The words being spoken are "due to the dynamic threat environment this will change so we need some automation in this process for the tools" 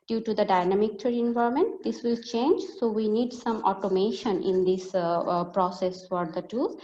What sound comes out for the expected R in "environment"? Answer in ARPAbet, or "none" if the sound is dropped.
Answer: none